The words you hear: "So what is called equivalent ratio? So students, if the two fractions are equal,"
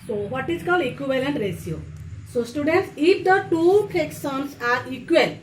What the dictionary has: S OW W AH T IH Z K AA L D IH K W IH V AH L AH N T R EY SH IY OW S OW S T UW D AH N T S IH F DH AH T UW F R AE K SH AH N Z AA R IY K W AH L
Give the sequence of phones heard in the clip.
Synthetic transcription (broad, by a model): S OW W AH T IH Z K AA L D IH K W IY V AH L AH N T R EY S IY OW S OW S T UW D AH N T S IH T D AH T UW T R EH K S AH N S AA R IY K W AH L